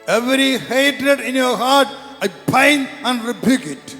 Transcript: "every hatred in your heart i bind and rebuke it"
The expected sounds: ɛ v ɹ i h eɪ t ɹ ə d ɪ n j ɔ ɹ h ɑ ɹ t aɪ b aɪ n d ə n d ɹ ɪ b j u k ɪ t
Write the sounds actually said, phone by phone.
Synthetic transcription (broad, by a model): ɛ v ɹ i h eɪ t ɹ ə d ɪ n j ɔ ɹ h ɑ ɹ t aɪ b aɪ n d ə n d ɹ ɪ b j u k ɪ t